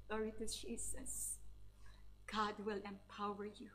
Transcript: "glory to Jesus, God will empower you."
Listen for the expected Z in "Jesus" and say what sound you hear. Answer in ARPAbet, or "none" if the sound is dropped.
S